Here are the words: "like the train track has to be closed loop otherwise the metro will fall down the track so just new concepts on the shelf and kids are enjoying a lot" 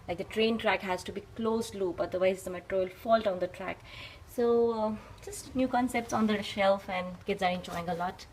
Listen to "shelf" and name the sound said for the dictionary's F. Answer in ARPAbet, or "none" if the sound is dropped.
F